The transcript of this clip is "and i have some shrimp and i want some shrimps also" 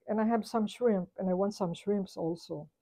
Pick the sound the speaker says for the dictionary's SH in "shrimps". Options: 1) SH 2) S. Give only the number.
1